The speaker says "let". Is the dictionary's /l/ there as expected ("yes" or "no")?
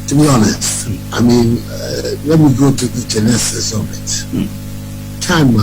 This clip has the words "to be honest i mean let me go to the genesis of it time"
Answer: no